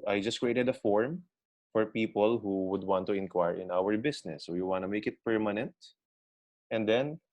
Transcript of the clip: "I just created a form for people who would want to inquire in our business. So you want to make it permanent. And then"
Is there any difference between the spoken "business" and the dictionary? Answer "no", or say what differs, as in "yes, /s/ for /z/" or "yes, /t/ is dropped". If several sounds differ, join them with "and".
yes, /s/ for /z/